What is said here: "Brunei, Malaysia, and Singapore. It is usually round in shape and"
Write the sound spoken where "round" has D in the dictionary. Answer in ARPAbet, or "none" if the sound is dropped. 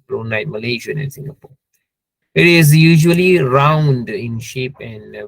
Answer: D